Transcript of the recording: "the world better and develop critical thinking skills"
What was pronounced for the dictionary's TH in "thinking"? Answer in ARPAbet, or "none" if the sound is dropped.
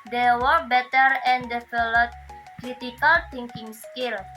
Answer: T